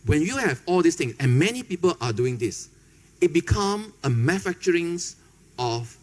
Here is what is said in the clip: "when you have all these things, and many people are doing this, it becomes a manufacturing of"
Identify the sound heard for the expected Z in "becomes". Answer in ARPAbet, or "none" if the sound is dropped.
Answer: none